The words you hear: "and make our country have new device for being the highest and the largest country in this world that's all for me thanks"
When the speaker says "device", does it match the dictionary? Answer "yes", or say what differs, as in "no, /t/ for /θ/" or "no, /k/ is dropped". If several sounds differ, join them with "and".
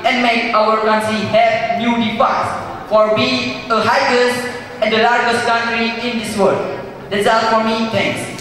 no, /f/ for /v/